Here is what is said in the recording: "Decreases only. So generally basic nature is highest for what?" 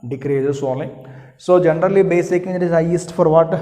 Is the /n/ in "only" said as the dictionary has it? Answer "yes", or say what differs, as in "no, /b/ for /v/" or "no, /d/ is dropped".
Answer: no, /n/ is dropped